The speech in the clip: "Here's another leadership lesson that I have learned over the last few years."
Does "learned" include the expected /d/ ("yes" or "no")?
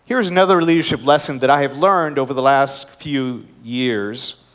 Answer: yes